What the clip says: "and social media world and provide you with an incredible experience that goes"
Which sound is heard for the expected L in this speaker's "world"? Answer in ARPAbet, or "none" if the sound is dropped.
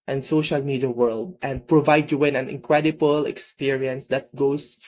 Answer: L